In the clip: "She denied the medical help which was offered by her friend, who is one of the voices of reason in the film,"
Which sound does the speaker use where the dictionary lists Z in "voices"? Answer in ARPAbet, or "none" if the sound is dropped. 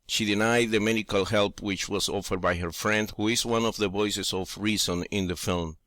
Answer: S